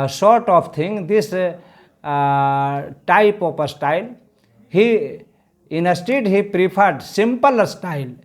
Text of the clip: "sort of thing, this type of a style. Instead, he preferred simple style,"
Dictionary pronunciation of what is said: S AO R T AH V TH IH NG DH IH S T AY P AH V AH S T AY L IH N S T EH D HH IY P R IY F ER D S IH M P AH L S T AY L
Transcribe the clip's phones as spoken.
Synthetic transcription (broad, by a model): S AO R T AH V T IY NG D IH S T AY P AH P AH S T AY L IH N S T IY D HH IY P R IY P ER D S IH M P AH L S T AY L